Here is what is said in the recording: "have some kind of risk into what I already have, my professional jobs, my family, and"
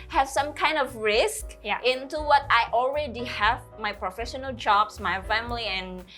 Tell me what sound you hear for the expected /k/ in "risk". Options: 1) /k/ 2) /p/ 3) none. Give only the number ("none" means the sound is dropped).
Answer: 1